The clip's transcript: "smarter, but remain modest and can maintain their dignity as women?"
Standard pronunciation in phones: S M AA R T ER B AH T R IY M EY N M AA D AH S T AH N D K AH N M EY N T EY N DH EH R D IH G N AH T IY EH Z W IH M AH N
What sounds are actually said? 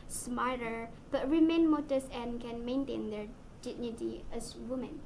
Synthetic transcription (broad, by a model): S M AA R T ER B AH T R IY M EY N M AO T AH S AH N K AH N M EY N T EY N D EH R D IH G N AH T IY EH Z W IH M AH N